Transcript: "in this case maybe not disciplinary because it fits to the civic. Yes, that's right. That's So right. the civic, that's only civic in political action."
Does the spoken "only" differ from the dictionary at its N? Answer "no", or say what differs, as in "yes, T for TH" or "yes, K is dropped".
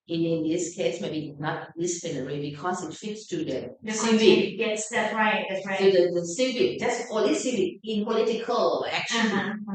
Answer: yes, N is dropped